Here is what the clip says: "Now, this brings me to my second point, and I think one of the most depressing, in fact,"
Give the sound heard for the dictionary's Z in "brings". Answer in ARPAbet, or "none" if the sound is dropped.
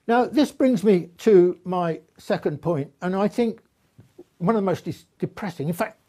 Z